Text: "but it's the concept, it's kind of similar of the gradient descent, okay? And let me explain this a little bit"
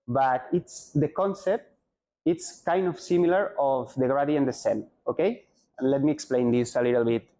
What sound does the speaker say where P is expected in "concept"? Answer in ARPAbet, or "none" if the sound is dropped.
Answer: P